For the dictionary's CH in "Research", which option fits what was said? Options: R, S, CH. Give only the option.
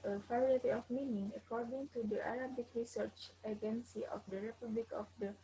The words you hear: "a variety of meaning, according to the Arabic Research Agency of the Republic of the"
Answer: CH